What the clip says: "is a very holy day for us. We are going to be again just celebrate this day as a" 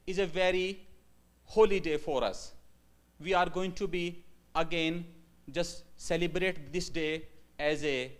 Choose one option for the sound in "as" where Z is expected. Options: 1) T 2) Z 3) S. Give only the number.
2